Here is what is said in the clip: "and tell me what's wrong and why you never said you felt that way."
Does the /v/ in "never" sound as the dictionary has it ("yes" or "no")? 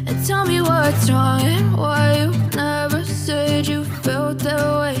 yes